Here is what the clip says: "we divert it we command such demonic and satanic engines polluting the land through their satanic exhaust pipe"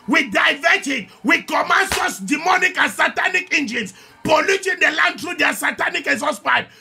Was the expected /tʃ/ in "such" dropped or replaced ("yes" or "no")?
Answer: yes